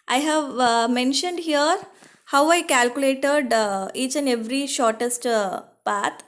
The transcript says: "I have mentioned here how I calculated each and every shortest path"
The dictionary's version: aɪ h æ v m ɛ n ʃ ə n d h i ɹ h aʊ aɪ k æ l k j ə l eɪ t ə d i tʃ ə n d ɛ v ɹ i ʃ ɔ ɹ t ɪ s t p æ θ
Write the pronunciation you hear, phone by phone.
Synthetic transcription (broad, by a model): aɪ h æ v m ɛ n ʃ ə n d h i ɹ h aʊ aɪ k æ l k j ə l eɪ t ə d i tʃ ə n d ɛ v ɹ i ʃ ɔ ɹ t ɪ s t p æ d